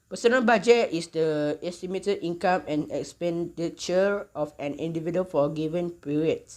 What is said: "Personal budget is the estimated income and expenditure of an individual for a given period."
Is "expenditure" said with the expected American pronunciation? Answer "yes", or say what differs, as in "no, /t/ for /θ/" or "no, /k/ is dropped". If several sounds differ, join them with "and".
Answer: yes